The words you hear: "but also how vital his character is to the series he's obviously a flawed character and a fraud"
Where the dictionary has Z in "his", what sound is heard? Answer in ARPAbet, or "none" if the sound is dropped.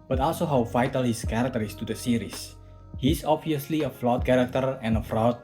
S